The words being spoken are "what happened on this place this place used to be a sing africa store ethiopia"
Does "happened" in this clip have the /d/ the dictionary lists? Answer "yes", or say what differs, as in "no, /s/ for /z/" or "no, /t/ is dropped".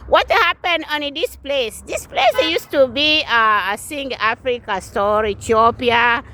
no, /d/ is dropped